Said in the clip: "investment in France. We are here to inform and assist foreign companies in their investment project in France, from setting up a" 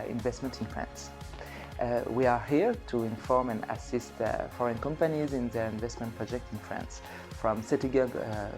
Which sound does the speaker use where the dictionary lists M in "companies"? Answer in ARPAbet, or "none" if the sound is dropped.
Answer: M